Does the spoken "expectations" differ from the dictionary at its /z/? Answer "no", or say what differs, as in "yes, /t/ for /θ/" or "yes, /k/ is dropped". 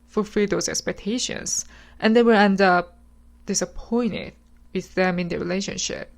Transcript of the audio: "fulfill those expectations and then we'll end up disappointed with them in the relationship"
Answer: yes, /s/ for /z/